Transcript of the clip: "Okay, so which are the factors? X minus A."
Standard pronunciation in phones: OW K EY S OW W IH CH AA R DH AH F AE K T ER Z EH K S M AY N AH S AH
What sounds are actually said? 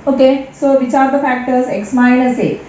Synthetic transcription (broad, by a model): OW K EY S OW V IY CH AA R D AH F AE K T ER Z EH K S M AY L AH S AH